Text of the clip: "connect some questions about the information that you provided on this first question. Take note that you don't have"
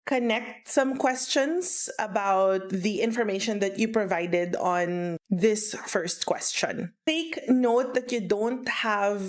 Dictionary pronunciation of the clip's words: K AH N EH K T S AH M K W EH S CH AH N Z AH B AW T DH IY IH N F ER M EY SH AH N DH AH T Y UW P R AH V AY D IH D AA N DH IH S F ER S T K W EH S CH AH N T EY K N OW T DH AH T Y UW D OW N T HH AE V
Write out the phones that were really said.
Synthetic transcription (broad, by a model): K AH N EH K T S AH M K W EH S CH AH N S AH B AW T DH IY IH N F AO M EY SH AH N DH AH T Y UW P R AH V AY D IH D AA N DH IH S F ER S T K W EH S CH AH N T EY K N OW T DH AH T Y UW D OW N T HH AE V